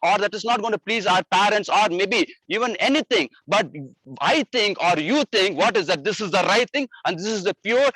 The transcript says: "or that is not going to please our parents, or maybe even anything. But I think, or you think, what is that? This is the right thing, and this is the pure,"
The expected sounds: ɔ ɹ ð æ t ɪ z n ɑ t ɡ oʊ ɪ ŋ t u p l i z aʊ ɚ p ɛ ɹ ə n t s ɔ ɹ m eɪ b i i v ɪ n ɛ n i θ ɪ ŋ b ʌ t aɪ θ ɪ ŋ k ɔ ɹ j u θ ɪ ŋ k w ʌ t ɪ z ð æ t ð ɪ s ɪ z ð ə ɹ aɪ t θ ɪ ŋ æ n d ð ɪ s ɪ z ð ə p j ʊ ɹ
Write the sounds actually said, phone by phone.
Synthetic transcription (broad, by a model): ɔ ɹ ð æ t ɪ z n ɑ t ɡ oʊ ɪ t u p l i z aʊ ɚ p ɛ ɹ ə n t s ɔ ɹ m eɪ b i i v ɪ n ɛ n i t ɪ ŋ b ʌ t aɪ t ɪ ŋ k ɔ ɹ j u t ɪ ŋ k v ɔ t ɪ z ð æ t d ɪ s ɪ z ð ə ɹ aɪ t t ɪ ŋ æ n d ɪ s ɪ z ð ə p j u ɹ